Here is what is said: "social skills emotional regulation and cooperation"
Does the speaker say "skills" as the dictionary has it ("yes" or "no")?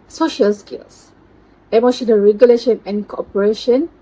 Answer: no